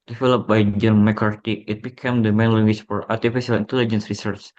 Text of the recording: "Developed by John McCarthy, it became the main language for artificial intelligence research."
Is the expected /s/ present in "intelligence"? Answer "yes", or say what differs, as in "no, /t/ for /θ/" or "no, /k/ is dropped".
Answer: yes